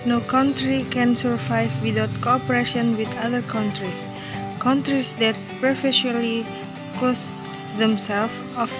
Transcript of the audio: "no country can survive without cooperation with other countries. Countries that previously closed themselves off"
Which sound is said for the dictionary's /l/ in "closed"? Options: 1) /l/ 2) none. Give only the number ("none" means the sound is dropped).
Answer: 2